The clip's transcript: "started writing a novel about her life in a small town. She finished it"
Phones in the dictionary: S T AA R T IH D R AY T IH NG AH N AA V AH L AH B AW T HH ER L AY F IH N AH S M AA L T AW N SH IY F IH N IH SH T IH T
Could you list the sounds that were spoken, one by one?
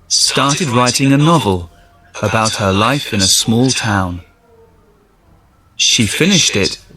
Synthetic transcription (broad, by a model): S T AA R T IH D R AY T IH NG AH N AA V AH L AH B AW T HH ER L AY F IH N AH S M AA L T AW N SH IY F IH N IH SH T IH T